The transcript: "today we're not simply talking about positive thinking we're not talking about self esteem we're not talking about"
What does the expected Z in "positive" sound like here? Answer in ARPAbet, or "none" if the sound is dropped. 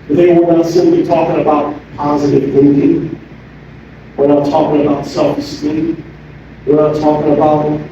Z